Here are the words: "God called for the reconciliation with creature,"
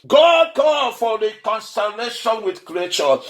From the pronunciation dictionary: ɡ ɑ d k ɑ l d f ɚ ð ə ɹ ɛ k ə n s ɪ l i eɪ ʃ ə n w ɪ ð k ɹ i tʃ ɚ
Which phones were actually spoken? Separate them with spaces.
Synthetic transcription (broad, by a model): ɡ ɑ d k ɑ d f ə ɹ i k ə n s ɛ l eɪ ʃ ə n w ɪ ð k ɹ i tʃ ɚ